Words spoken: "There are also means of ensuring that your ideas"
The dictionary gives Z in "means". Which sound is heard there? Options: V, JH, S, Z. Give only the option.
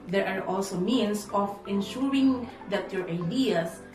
S